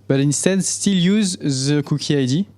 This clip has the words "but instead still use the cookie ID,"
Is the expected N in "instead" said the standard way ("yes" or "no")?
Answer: yes